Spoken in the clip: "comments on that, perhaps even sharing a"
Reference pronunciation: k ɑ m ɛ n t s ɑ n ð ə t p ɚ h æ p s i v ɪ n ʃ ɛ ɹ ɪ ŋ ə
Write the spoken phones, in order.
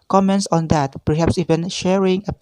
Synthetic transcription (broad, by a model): k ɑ m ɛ n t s ɑ n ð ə t p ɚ h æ p s i v ɪ n ʃ ɛ ɹ ɪ ŋ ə